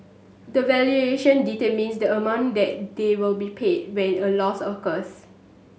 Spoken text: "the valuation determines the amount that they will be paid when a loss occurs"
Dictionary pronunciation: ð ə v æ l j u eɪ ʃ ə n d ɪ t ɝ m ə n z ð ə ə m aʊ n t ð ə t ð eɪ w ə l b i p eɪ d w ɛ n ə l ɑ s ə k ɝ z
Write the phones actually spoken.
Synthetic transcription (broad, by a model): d ə v æ l j u eɪ ʃ ə n d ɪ t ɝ m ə n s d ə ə m aʊ n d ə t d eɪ w ə l b i p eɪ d w ɛ n ə l ɑ s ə k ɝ s